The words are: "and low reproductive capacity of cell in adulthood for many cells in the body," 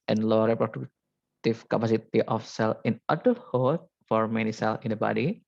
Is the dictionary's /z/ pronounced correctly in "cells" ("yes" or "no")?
no